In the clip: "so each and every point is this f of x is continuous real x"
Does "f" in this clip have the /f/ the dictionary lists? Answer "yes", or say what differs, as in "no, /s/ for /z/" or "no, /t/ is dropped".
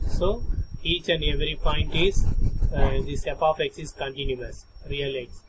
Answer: no, /p/ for /f/